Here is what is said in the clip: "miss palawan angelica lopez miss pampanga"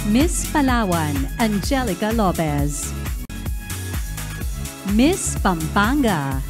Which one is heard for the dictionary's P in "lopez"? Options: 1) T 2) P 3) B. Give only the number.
3